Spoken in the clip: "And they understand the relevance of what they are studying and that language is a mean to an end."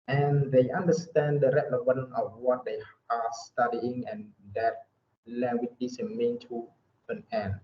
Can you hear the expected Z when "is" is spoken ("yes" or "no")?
no